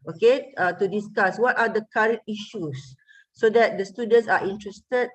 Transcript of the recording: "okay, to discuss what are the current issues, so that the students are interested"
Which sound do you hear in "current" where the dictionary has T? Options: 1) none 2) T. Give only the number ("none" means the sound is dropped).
2